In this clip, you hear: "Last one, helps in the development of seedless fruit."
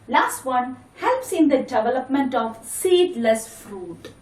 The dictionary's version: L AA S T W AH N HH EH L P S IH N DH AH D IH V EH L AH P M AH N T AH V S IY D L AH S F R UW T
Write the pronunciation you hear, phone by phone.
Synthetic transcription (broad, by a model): L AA S T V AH N HH EH L P S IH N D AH D IH V EH L AH P M AH N T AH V S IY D L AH S F R UW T